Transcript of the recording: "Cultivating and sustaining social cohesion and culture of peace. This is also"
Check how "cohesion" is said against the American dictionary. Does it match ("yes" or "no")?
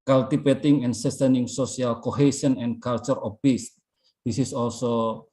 no